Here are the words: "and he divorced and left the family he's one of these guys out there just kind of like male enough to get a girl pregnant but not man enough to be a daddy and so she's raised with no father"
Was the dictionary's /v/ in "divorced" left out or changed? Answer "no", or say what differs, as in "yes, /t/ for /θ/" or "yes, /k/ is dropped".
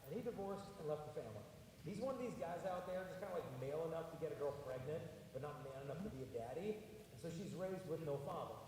no